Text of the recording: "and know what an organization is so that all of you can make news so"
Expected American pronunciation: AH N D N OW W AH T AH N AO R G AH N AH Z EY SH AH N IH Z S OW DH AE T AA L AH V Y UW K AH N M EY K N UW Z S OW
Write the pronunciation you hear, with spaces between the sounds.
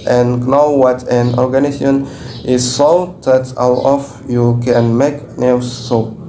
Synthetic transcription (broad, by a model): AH N N OW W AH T AH N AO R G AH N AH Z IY AH N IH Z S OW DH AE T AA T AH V Y UW K AH N M EY K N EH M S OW